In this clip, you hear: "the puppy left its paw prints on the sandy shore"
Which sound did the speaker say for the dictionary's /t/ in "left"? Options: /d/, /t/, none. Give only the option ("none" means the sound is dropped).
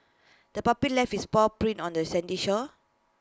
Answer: none